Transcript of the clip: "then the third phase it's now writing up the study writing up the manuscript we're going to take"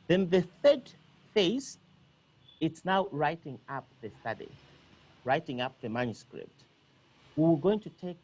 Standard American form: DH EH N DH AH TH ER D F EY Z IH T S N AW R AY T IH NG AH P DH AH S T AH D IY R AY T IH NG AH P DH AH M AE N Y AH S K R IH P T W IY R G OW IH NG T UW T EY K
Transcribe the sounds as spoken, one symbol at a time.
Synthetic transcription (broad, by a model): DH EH N DH AH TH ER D F EY S IH T S N AW R AY T IH NG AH P DH AH S T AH D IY R AY T IH NG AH P DH AH M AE N Y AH S K R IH P T W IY W G OW IH NG T UW T EY K